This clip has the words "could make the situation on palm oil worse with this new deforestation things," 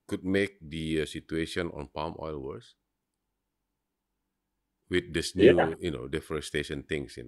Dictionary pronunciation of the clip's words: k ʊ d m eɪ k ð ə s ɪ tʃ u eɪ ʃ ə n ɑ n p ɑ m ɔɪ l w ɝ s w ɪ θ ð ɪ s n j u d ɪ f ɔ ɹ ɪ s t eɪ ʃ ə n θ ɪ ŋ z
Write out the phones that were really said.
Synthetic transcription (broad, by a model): k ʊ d m eɪ k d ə s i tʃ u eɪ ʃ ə n ɑ n p ɑ m ɔɪ l w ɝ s w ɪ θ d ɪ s n j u d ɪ f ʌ ɹ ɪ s t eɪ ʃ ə n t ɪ ŋ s